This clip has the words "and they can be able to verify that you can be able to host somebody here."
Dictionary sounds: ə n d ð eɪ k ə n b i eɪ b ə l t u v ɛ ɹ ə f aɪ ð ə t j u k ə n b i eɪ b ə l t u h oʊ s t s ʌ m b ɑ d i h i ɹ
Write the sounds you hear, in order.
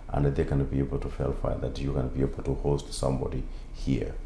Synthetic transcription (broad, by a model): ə n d ð eɪ k ə n b i eɪ b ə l t u f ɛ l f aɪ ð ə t j u k ə n b i eɪ b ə l t u h oʊ s t s ʌ m b ɑ d i h i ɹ